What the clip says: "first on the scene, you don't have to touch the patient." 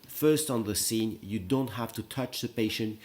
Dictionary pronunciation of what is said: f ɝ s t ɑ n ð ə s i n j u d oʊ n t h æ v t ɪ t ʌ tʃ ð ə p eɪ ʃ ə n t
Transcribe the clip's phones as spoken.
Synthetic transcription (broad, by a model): f ɝ s t n ð ə s i n j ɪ d oʊ n t h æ f t ɪ t ʌ tʃ ð ə p eɪ ʃ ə n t